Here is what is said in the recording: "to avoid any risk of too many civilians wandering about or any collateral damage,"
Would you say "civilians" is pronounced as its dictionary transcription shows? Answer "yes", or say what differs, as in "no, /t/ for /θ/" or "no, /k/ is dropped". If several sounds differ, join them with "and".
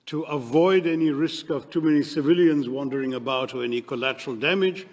yes